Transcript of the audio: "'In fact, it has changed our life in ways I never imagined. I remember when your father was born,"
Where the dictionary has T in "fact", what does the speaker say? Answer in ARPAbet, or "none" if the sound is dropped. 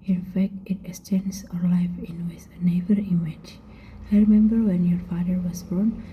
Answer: T